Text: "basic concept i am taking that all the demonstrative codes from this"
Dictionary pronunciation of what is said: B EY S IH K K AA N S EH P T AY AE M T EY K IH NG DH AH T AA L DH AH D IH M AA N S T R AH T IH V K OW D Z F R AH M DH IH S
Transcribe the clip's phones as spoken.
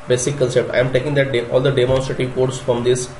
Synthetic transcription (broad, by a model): B EY S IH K K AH L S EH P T AY M T EY K IH NG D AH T AA L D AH D IH M AA N S T R AH T IH V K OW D S F R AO M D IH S